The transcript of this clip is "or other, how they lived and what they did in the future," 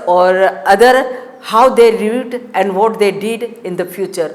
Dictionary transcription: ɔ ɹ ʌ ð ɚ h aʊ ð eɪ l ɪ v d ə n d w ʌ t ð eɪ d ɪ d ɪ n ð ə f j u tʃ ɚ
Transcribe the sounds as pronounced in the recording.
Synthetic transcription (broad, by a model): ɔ ɹ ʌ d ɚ h aʊ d eɪ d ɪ d ə n d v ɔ t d eɪ d ɪ d ɪ n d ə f j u tʃ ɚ